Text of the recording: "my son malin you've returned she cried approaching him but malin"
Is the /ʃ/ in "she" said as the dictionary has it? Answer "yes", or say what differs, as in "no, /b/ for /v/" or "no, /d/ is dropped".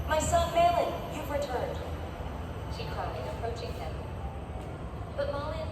yes